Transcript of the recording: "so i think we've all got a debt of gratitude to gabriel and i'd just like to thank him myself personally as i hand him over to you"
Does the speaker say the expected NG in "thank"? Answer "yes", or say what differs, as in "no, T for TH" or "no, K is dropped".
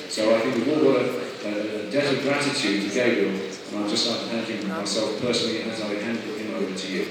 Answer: no, NG is dropped